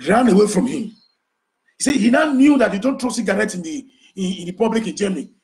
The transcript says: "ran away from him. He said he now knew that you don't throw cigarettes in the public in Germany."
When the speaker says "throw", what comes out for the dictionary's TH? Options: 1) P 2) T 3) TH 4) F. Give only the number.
2